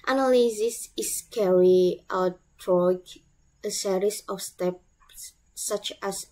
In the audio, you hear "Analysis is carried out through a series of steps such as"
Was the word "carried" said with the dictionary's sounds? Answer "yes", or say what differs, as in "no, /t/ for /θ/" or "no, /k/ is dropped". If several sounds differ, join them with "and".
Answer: no, /d/ is dropped